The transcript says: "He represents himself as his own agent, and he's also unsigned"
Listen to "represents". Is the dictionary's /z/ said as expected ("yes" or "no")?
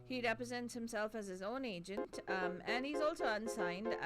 yes